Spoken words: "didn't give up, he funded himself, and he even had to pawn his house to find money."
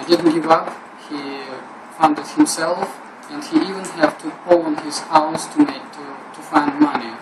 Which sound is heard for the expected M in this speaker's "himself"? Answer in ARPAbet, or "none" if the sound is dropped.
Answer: M